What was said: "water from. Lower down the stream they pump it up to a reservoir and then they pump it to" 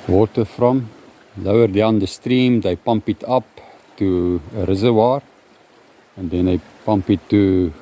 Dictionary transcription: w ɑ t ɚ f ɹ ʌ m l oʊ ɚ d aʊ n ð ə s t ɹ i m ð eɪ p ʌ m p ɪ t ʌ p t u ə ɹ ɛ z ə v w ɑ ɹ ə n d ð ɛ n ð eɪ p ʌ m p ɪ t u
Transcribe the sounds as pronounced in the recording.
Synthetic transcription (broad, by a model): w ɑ t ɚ f ɹ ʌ m l oʊ ɚ d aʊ n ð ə s t ɹ i m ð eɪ p ʌ m p ɪ t ʌ p t u ə ɹ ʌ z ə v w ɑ ɹ ə n d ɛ n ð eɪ p ʌ m p ɪ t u